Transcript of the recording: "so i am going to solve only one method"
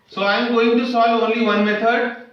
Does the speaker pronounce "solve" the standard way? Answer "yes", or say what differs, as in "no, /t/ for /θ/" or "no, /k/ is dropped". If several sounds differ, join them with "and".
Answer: no, /v/ is dropped